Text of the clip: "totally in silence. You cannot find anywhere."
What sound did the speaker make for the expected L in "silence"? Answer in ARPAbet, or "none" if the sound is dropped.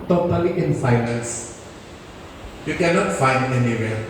N